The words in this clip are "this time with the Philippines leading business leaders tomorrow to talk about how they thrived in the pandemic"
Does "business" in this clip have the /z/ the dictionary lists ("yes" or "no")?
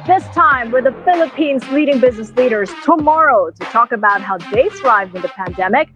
yes